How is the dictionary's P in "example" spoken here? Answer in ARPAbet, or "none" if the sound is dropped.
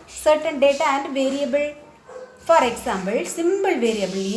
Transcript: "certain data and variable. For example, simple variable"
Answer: B